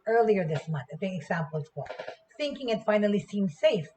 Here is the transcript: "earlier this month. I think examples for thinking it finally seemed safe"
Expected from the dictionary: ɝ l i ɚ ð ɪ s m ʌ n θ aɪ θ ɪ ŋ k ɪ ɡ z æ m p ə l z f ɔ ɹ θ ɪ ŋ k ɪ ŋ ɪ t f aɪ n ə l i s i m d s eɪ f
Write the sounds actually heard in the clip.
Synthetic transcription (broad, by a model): ɝ l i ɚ ð ɪ s m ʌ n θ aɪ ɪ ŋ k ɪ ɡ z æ m p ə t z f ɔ l θ ɪ ŋ k ɪ ŋ ɪ t f aɪ n ə l i s i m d s eɪ f